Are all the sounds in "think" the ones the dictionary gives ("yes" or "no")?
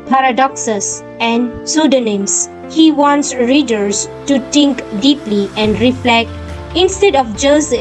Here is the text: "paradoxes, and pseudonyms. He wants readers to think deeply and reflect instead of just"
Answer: no